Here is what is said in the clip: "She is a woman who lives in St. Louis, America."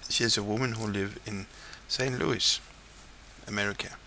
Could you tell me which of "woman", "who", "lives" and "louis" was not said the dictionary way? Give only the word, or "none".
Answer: lives